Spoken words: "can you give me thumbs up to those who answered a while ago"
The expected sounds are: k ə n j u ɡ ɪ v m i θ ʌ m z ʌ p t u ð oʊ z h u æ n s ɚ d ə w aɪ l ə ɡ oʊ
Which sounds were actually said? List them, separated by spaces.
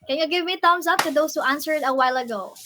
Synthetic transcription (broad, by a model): k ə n j u ɡ ɪ v m i t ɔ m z ʌ p t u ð oʊ s h u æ n s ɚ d ə w aɪ l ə ɡ oʊ